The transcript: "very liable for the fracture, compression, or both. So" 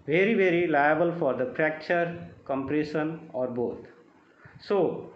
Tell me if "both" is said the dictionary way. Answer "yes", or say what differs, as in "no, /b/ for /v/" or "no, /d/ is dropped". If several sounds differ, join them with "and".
no, /t/ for /θ/